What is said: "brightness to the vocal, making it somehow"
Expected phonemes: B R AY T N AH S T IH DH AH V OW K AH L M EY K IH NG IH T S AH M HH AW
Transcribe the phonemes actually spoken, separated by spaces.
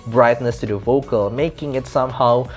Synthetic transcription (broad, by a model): B R AY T N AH S T IH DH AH V OW K AH L M EY K IH NG IH T S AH M HH AW